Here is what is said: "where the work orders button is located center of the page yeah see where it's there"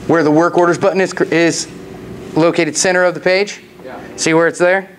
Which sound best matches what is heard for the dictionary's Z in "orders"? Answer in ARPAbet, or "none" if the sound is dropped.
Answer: Z